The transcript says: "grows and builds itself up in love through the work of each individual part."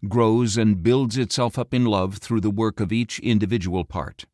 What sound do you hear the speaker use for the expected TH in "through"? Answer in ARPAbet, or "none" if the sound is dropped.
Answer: TH